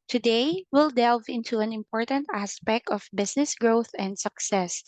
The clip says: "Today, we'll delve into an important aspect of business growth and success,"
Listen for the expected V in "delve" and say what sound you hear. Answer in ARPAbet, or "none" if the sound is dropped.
V